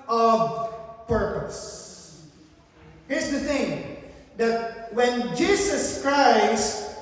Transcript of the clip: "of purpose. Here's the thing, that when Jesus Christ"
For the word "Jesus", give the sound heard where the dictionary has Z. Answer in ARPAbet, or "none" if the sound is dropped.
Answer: S